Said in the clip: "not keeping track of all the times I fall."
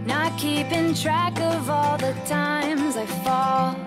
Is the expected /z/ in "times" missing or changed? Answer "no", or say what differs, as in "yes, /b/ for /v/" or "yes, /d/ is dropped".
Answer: no